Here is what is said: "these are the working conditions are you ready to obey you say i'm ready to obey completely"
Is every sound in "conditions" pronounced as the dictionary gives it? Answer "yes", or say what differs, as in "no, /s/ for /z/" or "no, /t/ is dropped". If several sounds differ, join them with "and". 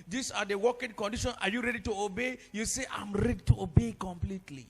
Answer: no, /z/ is dropped